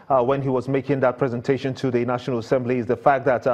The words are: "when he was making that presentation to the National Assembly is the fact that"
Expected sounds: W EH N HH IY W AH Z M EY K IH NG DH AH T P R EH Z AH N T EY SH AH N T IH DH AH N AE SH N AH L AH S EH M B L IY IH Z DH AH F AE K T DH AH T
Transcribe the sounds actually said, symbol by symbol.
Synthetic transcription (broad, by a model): W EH N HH IY W AH Z M EY K IH NG DH AH T P R EH Z AH N T EY SH AH N T IH DH AH N AE SH N AH L AH S EH M B L IY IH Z DH AH F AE K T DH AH T